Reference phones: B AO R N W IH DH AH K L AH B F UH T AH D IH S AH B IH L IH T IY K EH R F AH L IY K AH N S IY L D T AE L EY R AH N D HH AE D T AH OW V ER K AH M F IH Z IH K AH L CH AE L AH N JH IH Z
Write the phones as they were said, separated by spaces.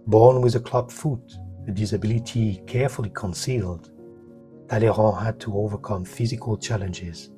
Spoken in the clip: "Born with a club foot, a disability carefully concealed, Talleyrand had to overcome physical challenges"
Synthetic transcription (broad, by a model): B AO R N W IH DH AH K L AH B F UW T AH D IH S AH B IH L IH T IY K EH R F AH L IY K AH N S IY L D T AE L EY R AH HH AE D T AH OW V ER K AH M F IH Z IH K AH L CH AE L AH N JH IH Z